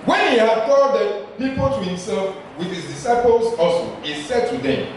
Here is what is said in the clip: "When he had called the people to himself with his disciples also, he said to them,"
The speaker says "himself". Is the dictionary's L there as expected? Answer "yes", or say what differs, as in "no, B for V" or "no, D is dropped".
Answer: yes